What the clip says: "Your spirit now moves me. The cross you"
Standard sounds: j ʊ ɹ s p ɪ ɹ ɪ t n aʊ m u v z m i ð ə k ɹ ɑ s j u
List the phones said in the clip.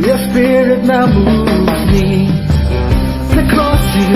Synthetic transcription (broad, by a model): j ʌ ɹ s p ɪ ɹ ɪ t n aʊ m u z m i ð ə k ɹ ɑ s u